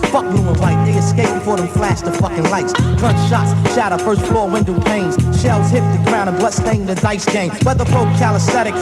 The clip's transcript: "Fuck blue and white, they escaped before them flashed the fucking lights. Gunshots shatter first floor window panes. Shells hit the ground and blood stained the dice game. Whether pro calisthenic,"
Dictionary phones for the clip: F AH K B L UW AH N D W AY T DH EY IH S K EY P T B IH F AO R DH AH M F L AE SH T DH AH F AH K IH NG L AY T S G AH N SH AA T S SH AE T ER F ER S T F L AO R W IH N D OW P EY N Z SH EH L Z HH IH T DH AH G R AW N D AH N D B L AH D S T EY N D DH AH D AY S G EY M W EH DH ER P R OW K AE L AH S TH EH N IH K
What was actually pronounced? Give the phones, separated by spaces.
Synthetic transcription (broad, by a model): F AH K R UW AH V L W AY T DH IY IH S K EY P B IH F AO R DH AH M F L AE S T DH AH F AH K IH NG L AY T S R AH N SH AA T S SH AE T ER F ER S T F L AO R W IH N D OW P EY N Z SH EH L Z HH IH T DH AH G R AW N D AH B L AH S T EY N DH AH D AY S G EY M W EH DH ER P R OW K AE L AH S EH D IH K